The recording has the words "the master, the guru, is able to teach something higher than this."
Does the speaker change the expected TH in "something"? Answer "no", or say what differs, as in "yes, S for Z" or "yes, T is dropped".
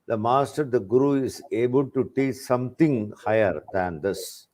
yes, T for TH